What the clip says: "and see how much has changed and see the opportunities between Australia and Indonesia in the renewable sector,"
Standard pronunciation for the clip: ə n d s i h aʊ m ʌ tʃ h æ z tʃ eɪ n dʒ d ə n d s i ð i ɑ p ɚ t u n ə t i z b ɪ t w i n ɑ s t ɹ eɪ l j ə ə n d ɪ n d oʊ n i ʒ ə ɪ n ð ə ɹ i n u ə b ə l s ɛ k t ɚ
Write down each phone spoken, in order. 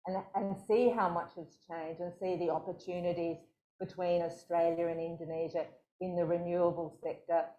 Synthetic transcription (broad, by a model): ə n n s i h aʊ m ʌ tʃ h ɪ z tʃ eɪ n dʒ ə n s i ð i ɑ p ɚ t u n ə t i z b ɪ t w i n ɑ s t ɹ eɪ l j ə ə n ɪ n d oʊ n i ʒ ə ɪ n ð ə ɹ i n u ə b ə l s ɛ k t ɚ